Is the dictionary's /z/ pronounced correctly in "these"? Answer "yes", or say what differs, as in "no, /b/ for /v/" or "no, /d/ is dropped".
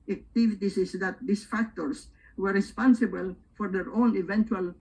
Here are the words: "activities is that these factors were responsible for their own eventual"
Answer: no, /s/ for /z/